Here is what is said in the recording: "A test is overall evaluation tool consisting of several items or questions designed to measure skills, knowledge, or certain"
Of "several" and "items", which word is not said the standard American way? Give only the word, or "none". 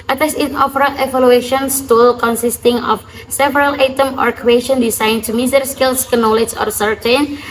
items